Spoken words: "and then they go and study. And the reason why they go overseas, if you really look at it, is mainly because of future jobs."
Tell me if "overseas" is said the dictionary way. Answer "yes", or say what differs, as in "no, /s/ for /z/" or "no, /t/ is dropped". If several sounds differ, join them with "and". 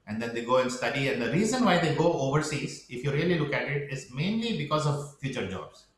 yes